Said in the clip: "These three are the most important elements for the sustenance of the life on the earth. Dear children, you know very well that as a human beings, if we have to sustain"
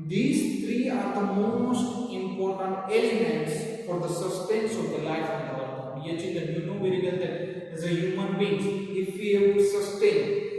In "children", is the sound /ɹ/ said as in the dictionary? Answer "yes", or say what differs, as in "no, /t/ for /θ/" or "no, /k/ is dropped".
no, /ɹ/ is dropped